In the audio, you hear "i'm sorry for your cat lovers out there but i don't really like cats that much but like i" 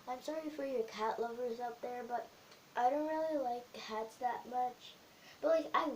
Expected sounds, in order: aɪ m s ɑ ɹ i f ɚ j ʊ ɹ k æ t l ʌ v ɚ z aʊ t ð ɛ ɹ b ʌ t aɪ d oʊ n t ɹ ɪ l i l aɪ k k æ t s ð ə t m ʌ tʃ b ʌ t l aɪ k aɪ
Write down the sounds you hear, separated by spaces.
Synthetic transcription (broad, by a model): aɪ m s ɑ ɹ i f ɚ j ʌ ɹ k æ t l ʌ v ɚ z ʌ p ð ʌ ɹ b ʌ t aɪ d oʊ n t ɹ ɪ l i l aɪ k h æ t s ð ə t m ʌ tʃ b ʌ t l aɪ k aɪ